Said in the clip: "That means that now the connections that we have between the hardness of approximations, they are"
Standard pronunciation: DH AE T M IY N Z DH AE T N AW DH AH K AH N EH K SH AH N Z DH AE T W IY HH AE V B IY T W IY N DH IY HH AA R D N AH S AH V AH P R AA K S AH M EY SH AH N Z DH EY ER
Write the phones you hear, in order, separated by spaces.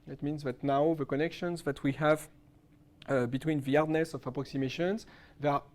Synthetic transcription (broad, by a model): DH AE T M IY N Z DH AE T N AW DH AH K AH N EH K SH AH N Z DH AE T W IY HH AE V B IY T W IY N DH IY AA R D N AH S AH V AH P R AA K S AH M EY SH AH N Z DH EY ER